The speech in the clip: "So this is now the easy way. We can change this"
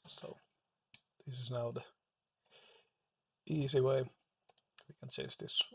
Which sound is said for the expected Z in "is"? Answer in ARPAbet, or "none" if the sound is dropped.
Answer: Z